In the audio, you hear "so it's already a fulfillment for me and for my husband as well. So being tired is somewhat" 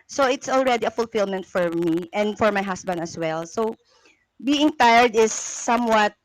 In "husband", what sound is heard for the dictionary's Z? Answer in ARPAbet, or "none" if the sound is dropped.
S